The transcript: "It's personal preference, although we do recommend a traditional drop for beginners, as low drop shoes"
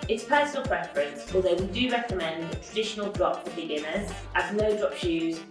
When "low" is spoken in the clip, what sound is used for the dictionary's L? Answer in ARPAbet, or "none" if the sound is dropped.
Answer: N